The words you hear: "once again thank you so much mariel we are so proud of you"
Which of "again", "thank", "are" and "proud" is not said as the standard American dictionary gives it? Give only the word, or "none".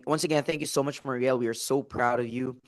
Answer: none